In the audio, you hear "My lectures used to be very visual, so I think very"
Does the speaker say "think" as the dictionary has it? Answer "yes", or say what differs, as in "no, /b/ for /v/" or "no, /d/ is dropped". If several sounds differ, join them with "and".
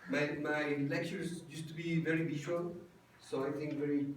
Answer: no, /t/ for /θ/